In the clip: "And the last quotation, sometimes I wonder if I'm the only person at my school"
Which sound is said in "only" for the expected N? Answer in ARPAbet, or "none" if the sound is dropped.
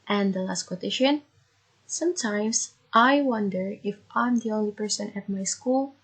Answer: N